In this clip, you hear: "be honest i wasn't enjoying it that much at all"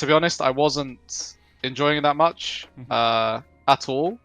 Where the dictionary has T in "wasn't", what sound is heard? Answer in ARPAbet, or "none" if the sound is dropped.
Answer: T